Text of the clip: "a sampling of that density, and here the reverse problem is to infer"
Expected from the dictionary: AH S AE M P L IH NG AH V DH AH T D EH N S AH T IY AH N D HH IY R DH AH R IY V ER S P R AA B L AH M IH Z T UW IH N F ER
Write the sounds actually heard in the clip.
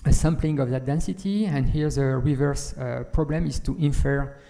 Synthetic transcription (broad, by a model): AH S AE M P L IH NG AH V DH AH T D EH N S AH T IY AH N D HH IY R DH AH R IY V ER S P R AA B L AH M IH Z T UW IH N F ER